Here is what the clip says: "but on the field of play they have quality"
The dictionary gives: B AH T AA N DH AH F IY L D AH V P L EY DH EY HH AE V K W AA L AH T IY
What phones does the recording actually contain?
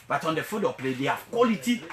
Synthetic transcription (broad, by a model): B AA T AA N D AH F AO D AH P L EY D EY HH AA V K W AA L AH T IY